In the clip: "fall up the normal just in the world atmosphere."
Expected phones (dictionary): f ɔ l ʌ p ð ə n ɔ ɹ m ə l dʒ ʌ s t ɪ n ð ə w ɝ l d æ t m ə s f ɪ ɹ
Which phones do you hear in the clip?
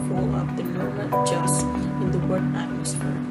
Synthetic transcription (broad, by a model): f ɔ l ʌ p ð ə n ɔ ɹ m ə n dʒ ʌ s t ɪ n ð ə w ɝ d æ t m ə s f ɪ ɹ